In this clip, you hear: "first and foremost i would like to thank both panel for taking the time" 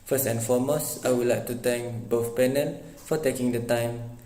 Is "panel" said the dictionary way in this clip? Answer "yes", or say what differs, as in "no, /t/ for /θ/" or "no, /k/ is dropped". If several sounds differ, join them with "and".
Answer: no, /n/ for /l/